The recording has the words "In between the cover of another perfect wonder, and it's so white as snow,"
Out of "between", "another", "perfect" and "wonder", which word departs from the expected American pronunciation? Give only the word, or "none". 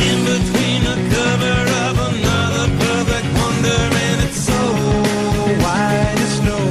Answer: perfect